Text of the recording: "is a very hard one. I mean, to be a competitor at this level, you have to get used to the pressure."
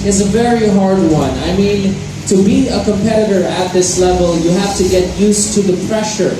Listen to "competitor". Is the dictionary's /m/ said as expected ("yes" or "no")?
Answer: yes